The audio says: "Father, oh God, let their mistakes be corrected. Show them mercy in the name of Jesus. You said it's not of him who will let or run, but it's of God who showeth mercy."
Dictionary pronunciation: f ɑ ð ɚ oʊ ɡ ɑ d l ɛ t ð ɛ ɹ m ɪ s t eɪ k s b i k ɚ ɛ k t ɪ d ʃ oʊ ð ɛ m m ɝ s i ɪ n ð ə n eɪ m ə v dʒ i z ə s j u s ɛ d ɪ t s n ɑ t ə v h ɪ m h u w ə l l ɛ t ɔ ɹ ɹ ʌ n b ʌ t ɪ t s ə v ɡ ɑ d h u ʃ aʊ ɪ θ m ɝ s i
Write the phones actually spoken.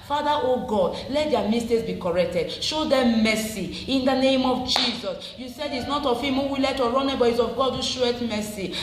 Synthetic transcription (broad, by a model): f ɑ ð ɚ oʊ ɡ ɑ d l ɛ t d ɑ m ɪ s t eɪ s b i k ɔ ɛ k t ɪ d ʃ oʊ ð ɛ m m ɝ s i ɪ n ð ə n eɪ m ə v dʒ i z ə s j u s ɛ d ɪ t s n ɑ t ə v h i m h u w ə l l ɛ t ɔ ɹ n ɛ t b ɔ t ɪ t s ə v ɡ ɑ d h u ʃ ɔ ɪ t m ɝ s i